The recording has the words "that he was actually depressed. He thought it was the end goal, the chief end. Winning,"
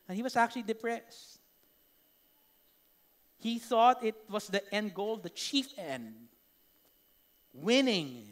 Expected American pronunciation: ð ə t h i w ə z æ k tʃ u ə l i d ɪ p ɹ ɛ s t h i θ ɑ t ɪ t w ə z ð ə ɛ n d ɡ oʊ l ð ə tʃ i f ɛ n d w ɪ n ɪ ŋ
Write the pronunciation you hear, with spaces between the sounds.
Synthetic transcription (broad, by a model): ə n h i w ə s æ k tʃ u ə l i d ɪ p ɹ ɛ s t h i θ ɑ t ɪ t w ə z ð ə ɛ n d ɡ oʊ l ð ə tʃ i f ɛ n d w ɪ n ɪ ŋ